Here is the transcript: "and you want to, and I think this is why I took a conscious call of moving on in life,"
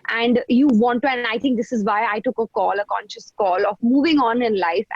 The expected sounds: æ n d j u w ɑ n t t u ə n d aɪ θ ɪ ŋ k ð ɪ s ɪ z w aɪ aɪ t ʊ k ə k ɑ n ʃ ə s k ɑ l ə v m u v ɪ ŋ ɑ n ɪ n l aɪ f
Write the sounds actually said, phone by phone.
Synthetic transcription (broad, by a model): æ n d j u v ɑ n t t u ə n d aɪ t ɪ ŋ k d ɪ s ɪ z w aɪ aɪ t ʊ k ə k ɑ n ʃ ə s k ɑ l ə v m u v ɪ ŋ ɑ n ɪ n l aɪ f